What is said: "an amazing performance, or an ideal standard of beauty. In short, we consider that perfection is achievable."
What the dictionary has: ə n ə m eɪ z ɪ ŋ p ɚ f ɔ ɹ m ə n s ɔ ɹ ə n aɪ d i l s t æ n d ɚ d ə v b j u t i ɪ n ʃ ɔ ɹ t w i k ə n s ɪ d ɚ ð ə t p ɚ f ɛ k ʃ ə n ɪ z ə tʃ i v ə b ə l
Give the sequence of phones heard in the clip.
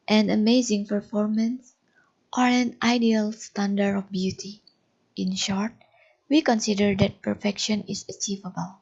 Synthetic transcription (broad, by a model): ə n ə m eɪ z ɪ ŋ p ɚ f ɔ ɹ m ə n s ɔ ɹ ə n aɪ d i l s t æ n d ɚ ə f b j u t i ɪ n ʃ ɔ ɹ t w i k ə n s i d ɚ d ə t p ɚ f ɛ k ʃ ə n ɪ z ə tʃ i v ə b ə l